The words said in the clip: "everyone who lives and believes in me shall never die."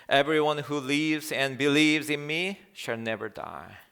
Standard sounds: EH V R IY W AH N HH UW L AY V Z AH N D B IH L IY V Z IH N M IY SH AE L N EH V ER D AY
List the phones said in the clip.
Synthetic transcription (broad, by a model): EH V R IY W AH N HH UW L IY V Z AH N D B IH L IY V Z IH N M IY SH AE L N EH V ER D AY